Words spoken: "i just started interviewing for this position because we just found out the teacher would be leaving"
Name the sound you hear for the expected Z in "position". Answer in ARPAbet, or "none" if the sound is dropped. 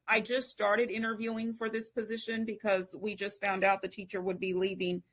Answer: Z